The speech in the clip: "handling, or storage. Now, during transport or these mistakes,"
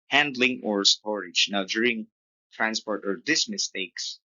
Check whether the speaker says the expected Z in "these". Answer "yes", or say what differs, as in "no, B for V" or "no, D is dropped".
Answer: no, S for Z